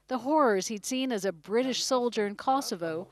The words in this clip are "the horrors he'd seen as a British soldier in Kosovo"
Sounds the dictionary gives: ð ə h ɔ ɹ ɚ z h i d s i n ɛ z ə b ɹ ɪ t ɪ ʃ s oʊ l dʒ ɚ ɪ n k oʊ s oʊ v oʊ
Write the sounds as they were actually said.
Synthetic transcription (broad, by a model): ð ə h ɔ ɹ ɚ z h i d s i n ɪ z ə b ɹ ɪ t ɪ ʃ s oʊ l dʒ ɚ ɪ n k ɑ s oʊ v oʊ